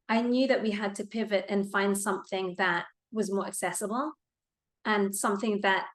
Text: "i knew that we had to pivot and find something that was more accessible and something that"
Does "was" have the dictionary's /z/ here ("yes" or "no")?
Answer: yes